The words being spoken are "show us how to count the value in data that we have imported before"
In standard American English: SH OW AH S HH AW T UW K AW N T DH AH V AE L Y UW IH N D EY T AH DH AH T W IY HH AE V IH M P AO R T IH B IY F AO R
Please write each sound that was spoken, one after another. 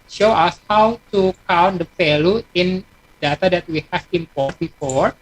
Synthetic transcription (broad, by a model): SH OW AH S HH AW T UW K AW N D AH F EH L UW IH N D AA T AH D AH T W IY HH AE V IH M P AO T B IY F AO R